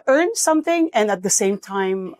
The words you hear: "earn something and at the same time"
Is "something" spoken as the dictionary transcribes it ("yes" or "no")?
yes